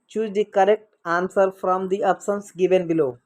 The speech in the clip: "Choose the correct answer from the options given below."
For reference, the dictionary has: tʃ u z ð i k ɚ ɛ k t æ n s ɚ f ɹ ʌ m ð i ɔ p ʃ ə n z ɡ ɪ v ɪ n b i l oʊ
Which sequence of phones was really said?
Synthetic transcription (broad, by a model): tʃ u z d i k ɚ ɛ k t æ n s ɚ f ɹ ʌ m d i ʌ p s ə n s ɡ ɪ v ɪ n b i l oʊ